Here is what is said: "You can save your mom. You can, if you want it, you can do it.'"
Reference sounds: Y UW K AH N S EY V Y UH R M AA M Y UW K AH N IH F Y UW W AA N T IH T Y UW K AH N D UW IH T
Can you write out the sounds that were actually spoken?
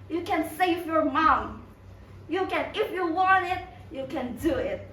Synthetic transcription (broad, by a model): Y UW K AH N S EY V Y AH R M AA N Y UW K AH N IH F Y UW W AA N T IH T Y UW K AH N D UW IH T